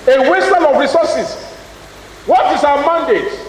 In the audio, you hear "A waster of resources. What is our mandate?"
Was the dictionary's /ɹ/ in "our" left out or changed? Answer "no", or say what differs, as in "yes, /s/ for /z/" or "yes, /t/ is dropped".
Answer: yes, /w/ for /ɹ/